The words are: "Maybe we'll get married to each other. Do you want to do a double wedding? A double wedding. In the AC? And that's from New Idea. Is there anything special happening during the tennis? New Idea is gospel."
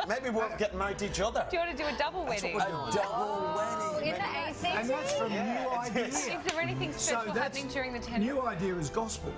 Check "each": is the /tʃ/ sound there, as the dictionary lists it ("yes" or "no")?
yes